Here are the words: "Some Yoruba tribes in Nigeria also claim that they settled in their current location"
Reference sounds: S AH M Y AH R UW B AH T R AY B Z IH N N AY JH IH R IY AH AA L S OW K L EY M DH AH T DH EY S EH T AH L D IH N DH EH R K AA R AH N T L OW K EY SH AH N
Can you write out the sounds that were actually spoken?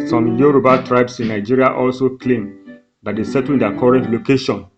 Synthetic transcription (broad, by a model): S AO M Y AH R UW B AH T R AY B S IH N N AY JH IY R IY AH AA L S OW K L EY M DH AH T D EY S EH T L IH N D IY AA K AA R AH N T L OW K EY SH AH N